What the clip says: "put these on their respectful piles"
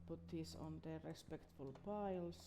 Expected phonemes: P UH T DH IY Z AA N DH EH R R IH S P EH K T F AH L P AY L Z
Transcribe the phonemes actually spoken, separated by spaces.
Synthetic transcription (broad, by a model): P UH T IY S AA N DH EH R R IH S P EH K T F AH L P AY L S